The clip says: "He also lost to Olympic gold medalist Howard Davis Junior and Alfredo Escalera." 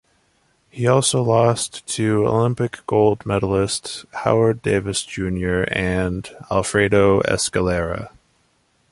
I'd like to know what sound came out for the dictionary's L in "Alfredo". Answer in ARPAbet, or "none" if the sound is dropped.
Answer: L